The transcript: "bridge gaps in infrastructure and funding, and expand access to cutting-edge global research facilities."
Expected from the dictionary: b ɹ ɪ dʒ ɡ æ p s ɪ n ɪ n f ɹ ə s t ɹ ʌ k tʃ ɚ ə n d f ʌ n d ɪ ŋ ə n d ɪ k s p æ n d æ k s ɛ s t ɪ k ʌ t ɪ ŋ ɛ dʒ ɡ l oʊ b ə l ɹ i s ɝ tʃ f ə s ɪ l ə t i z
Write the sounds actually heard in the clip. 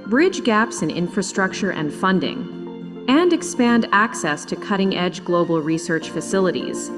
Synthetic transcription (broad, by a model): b ɹ ɪ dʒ ɡ æ p s ɪ n ɪ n f ɹ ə s t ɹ ʌ k tʃ ɚ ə n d f ʌ n d ɪ ŋ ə n ɪ k s p æ n d æ k s ɛ s t ɪ k ʌ t ɪ ŋ ɛ dʒ ɡ l oʊ b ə l ɹ i s ɝ tʃ f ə s ɪ l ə t i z